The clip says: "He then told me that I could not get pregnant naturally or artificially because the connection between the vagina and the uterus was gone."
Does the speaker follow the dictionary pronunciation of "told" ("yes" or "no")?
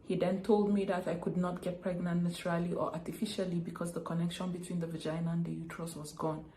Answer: yes